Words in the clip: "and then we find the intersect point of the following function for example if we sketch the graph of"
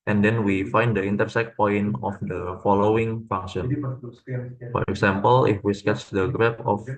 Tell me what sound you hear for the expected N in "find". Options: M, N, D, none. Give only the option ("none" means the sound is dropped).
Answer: N